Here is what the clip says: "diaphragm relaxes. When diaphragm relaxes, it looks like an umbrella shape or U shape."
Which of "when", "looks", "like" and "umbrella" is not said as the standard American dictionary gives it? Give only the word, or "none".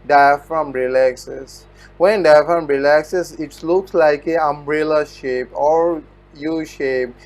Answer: none